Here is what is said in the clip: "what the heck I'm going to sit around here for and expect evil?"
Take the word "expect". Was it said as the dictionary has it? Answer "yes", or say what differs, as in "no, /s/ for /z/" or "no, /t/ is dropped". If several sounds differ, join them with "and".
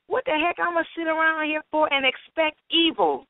yes